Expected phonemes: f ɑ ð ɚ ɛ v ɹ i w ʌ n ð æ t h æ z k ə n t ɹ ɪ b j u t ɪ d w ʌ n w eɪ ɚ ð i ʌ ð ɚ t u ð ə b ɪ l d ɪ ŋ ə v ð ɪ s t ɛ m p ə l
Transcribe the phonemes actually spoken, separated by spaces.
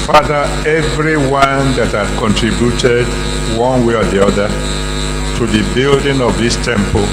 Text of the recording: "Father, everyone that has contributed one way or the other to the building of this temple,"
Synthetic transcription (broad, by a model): f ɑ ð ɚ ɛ v ɹ i w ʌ n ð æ t h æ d k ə n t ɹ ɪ b j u t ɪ d w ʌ n w eɪ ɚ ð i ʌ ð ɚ t u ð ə b ɪ l d ɪ ŋ ə v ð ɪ s t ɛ m p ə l